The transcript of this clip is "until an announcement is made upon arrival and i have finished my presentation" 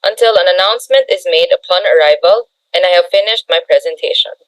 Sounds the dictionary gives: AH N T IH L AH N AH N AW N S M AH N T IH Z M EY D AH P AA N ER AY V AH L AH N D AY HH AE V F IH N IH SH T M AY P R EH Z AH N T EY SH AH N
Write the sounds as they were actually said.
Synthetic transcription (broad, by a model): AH N T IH L AH N AH N AW N S M AH N T IH Z M EY D AH P AA N ER AY V AH L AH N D AY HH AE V F IH N IH SH T M AY P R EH Z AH N T EY SH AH N